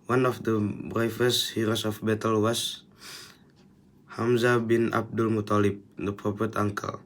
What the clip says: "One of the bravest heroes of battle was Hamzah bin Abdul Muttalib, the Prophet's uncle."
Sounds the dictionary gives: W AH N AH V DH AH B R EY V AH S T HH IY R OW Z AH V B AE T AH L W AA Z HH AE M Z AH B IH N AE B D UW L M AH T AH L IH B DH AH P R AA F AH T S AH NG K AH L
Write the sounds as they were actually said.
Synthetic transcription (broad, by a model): W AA N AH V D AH B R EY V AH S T HH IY R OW S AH F B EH T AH L W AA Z HH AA M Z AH B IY N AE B D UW L M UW T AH L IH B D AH P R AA P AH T AA NG K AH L